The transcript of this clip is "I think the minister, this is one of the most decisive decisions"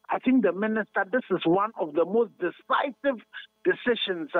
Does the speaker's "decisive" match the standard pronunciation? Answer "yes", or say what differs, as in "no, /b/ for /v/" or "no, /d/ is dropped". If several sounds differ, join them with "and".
yes